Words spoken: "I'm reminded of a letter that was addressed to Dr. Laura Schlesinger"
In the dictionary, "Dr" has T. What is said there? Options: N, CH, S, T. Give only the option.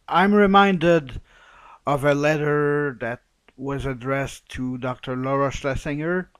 T